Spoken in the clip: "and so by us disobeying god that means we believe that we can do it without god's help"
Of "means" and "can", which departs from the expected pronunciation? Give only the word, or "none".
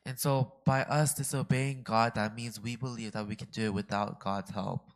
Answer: none